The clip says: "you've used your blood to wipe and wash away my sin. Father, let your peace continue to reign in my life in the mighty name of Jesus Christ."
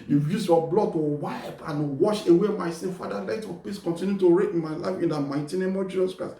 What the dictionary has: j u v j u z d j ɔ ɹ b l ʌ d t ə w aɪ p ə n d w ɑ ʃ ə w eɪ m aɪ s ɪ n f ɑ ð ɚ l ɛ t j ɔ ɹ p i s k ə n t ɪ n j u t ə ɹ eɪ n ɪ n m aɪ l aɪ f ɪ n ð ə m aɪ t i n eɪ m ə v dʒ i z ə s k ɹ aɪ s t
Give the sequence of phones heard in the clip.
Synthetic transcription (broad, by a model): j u j u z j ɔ b l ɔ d t ə w aɪ p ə n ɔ w ɑ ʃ ə w eɪ m aɪ s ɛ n f ɑ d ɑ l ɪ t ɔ p i s k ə n t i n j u t ə ɹ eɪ ɪ n m aɪ l aɪ f ɪ n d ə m aɪ t i n eɪ m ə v dʒ i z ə s k ɹ aɪ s